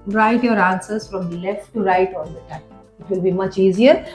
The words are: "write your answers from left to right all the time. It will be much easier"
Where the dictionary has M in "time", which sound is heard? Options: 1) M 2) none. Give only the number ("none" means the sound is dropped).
2